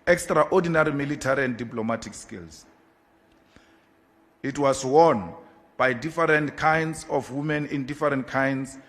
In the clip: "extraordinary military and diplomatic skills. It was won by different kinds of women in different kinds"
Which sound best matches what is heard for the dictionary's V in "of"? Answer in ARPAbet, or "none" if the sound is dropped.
F